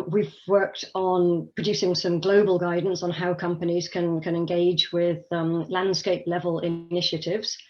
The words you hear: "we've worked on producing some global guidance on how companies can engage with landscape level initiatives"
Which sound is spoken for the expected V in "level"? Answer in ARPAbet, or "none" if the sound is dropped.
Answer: V